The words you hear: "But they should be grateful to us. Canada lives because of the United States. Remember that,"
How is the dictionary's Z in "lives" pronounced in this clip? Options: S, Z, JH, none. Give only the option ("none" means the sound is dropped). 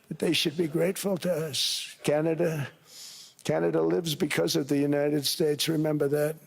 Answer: Z